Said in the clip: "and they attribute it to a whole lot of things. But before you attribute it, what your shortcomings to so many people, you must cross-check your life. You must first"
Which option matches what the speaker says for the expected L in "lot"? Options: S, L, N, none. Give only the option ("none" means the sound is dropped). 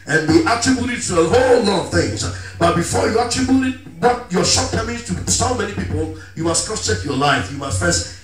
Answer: L